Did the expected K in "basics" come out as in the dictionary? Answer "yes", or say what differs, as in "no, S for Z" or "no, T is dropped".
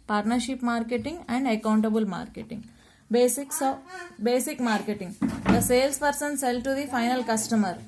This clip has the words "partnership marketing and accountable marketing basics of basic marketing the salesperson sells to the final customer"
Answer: no, K is dropped